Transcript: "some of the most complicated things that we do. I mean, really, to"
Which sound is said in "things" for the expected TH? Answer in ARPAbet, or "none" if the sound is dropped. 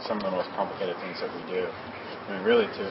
TH